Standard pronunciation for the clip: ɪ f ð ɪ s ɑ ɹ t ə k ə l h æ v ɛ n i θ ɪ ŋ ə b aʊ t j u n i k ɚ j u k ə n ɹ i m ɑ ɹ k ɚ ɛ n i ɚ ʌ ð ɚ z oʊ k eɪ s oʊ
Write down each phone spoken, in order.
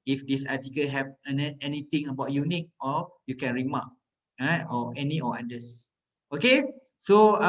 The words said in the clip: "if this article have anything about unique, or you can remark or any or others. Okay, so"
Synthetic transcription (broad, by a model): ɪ f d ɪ s ɑ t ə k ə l h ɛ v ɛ n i t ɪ ŋ ə b aʊ t j u n i k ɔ j u k ə n ɹ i m ɑ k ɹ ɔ ɛ n i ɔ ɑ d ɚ s oʊ k eɪ s oʊ